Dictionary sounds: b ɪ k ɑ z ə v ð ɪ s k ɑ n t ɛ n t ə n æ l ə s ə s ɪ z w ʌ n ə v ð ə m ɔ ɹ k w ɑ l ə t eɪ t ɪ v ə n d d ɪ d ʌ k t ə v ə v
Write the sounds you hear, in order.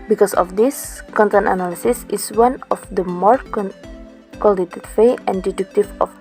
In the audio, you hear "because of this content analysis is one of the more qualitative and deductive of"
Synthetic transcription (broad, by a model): b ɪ k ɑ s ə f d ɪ s k ɑ n t ɛ n t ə n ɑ l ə s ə s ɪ s w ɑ n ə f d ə m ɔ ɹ k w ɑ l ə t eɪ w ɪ ə n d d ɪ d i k t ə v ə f